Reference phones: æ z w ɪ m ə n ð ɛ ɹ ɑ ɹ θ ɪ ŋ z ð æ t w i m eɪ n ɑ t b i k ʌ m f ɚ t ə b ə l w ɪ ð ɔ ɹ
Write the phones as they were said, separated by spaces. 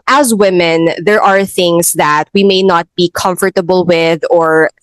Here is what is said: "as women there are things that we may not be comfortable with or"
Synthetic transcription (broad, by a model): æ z w ɪ m ə n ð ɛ ɹ ɑ ɹ θ ɪ ŋ s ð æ t w i m eɪ n ɑ t b i k ʌ m f ɚ t ə b ə l w ɪ ð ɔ ɹ